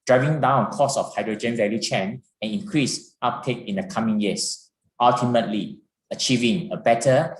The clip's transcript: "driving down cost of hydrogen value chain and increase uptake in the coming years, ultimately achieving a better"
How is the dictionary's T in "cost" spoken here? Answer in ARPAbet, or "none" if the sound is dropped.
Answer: none